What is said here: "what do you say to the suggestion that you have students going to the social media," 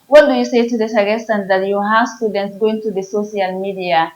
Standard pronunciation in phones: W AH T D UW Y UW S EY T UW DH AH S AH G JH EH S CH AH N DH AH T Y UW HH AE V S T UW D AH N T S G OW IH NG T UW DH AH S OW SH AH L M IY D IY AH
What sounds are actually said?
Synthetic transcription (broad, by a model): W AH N D UW Y UW S EY T UW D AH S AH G EH S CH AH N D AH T Y UW HH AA S T UW D AH N T S G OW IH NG T UW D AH S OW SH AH L M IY D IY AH